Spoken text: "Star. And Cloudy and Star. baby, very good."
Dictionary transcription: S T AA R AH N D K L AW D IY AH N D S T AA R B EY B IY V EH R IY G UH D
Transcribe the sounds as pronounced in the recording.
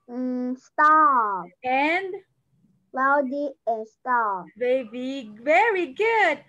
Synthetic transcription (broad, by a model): S T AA AH N D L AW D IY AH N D S T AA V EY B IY V EH R IY G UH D